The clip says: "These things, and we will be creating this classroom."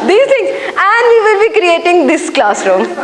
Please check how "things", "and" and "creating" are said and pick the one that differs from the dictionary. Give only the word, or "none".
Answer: things